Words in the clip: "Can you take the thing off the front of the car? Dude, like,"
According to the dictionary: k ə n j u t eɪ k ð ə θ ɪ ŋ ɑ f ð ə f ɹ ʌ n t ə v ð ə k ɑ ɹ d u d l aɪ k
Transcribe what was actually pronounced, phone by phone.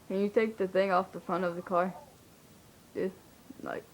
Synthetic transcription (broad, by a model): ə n j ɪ t eɪ k ð ə θ ɪ ŋ ɑ f ð ə f ɹ ʌ n t ə v ð ə k ɑ ɹ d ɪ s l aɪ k